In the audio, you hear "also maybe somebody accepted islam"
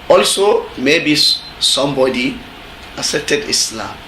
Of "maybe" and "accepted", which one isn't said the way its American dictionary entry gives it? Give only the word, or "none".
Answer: accepted